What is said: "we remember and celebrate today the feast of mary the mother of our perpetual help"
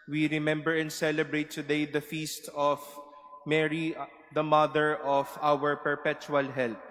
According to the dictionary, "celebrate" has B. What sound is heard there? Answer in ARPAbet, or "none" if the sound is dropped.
B